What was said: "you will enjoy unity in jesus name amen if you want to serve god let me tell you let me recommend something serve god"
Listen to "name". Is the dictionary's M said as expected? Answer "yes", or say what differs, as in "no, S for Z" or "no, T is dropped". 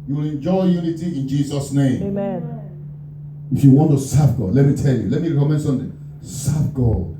no, M is dropped